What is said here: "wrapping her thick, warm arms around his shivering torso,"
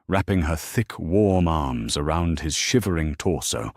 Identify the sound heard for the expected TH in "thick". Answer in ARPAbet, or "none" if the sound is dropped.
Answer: TH